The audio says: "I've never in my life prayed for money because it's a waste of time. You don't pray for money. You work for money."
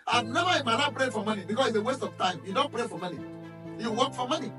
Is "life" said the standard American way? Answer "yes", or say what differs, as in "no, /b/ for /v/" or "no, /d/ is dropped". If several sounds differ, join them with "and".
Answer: no, /n/ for /l/